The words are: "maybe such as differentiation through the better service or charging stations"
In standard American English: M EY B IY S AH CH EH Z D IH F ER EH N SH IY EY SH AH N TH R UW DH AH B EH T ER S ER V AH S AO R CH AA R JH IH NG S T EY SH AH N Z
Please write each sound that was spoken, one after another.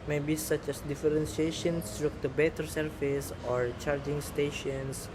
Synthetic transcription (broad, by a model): M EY B IY S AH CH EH S D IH F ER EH N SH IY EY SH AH N S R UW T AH B EH T ER S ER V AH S AO R CH AA R JH IH NG S T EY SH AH N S